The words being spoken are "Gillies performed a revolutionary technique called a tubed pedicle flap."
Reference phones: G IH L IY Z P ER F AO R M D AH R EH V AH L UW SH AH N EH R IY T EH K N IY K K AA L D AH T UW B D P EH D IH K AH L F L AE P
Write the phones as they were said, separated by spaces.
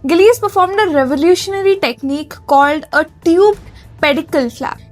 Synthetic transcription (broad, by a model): G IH L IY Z P ER F AO R M D AH R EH V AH L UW SH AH N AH R IY T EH K N IY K K AA L D AH T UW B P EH D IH K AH L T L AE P